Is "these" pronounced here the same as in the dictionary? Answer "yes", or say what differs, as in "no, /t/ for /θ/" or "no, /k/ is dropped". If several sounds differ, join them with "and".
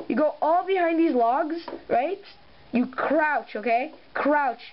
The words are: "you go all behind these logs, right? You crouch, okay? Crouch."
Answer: yes